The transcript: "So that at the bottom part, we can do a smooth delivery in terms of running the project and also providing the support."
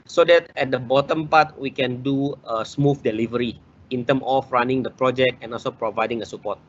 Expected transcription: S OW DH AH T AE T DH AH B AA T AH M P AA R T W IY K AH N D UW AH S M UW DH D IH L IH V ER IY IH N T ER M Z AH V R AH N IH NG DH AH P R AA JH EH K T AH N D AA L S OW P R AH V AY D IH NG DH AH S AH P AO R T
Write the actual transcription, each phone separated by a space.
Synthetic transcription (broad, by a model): S OW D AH T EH T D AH B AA T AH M P AA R T W IY K AH N D UW AH S M UW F D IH L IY V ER IY IH N T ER M AH F R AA N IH NG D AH P R AA JH EH K T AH N AA L S OW P R AH V AY D IH NG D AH S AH P AO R T